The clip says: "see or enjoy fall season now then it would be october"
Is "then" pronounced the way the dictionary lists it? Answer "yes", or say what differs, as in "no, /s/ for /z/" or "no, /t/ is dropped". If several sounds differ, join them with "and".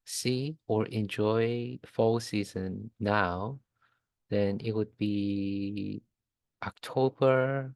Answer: yes